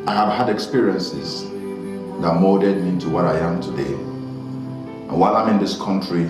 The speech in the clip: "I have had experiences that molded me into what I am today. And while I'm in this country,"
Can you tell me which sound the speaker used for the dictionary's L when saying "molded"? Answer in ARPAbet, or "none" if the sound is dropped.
none